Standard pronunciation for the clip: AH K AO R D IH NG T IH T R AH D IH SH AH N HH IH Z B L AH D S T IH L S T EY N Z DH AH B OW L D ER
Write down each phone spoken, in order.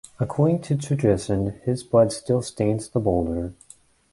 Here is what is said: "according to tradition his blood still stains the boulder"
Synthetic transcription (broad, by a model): AH K AO R D IH NG T IH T AH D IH S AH N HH IH Z B L AH D S T IH L S T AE N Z DH AH B OW L D ER